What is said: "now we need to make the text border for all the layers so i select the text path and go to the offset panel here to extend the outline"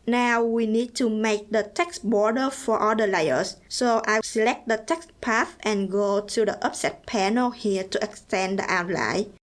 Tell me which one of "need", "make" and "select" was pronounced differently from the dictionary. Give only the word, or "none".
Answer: none